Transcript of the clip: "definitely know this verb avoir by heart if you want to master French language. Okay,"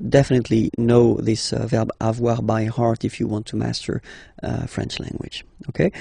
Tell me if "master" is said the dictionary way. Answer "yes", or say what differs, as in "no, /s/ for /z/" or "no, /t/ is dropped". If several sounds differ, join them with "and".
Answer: yes